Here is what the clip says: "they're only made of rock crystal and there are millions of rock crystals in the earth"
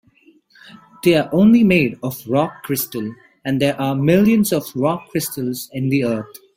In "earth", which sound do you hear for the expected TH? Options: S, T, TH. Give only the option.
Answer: T